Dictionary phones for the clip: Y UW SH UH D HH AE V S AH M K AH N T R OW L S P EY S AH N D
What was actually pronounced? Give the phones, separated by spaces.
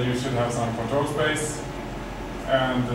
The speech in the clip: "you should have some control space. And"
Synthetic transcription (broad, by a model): Y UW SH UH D HH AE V S AH M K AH T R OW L S P EY S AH N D